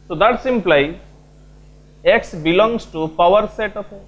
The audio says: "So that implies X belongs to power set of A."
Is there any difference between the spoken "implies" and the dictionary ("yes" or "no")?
yes